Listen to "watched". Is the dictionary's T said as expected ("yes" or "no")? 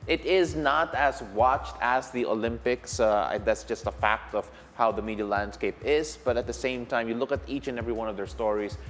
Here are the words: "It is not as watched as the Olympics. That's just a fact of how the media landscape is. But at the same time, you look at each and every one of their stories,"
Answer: yes